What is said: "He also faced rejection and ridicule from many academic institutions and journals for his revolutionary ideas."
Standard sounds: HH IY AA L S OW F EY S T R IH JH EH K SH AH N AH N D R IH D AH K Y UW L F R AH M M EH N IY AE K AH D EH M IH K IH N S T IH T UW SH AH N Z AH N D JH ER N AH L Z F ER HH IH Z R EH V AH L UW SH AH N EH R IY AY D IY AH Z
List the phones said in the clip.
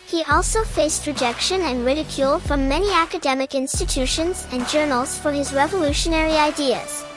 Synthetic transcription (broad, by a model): HH IY AA L S OW F EY S T R IH JH EH K SH AH N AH N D R IH D AH K Y UW L F R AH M M EH N IY AE K AH D EH M IH K IH N S T IH T UW SH AH N Z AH N JH ER N AH L Z F ER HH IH Z R EH V AH L UW SH AH N EH R IY AY D IY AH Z